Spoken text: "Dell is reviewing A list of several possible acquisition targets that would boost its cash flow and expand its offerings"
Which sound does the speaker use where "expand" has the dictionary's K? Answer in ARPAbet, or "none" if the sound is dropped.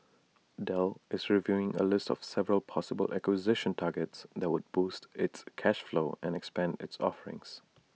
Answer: K